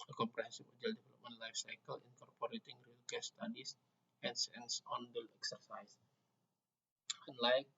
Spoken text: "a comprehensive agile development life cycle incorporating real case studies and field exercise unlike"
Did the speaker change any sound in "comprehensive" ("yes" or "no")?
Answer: yes